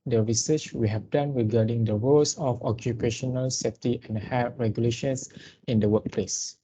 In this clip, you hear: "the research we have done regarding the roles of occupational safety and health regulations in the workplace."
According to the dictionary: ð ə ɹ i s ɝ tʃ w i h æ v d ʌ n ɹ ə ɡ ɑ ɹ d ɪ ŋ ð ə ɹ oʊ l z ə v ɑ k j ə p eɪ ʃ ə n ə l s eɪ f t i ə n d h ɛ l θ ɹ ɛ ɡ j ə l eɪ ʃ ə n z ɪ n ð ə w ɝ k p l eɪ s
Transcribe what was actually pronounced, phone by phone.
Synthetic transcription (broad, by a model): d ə ɹ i s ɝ tʃ w i h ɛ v d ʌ n ɹ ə ɡ ɑ d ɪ ŋ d ə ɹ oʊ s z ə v ɑ k j ə p eɪ ʃ ə n ə l s eɪ f t i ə n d h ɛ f ɹ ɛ ɡ j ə l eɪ ʃ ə n s ɪ n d ə w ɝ k p l eɪ s